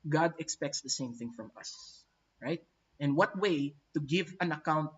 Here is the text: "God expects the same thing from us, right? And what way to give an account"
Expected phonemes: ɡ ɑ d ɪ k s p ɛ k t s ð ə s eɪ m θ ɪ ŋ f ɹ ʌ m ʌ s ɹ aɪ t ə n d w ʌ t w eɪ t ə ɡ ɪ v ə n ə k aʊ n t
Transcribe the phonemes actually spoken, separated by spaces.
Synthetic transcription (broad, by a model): ɡ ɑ d ɪ k s p ɛ k t s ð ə s eɪ m θ ɪ ŋ f ɹ ʌ m ʌ s ɹ aɪ t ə n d w ʌ t w eɪ t ə ɡ ɪ v ə n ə k aʊ n t